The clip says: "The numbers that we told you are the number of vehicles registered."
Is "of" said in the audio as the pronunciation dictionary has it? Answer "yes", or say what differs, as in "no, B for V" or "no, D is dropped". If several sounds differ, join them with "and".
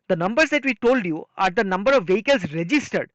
yes